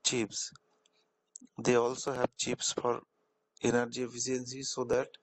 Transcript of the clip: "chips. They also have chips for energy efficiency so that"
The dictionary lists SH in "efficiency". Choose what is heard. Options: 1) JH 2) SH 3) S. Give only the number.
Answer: 3